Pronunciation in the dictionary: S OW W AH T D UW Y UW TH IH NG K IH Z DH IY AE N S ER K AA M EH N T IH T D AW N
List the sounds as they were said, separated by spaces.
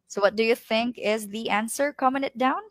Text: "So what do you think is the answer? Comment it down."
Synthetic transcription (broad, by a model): S OW W AH T D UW Y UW TH IH NG K IH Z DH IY AE N S ER K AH M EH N IH T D AW N